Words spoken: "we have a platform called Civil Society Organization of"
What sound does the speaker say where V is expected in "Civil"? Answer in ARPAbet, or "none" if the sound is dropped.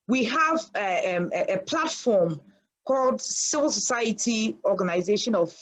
V